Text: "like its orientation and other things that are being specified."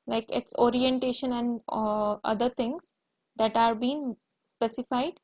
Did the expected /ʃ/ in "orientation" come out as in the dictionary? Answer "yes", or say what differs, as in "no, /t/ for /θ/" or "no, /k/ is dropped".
yes